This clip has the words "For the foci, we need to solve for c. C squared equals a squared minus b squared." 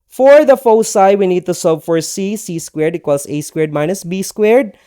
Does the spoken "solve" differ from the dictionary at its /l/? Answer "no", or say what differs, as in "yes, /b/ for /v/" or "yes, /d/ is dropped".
yes, /l/ is dropped